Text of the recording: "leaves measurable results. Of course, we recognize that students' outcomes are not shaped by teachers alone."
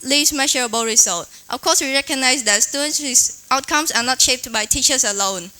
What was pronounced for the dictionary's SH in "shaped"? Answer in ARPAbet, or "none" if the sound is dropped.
SH